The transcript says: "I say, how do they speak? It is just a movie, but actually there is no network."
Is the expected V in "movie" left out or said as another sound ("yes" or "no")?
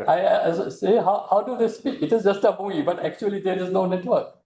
yes